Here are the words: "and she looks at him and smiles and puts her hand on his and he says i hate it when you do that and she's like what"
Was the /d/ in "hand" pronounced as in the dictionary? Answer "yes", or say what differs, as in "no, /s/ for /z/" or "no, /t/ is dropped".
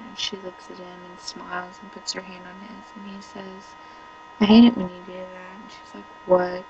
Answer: yes